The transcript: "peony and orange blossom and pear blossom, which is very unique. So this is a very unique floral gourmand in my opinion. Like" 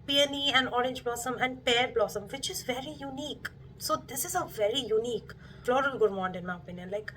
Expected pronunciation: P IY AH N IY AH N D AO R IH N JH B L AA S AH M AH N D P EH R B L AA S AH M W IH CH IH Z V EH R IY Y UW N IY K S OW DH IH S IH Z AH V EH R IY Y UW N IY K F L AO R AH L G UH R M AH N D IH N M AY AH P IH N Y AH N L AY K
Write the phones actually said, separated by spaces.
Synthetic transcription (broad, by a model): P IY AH N IY AH N D AO R IH N JH B L AA S AH M AH N D P EH R B L AA S AH M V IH CH IH Z V EH R IY Y UW N IY K S OW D IH S IH Z AH V EH R IY Y UW N IY K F L AO R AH N G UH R M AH N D IH N M AY AH P IH N Y AH N L AY K